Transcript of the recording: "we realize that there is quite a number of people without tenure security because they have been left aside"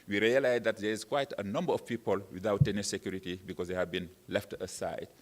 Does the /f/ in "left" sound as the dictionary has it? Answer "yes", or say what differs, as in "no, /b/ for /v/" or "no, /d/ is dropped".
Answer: yes